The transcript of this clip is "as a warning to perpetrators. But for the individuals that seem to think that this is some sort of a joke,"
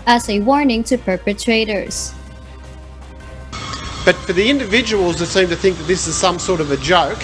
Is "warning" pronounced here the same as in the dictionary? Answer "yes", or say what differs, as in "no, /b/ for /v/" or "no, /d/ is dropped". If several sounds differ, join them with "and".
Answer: yes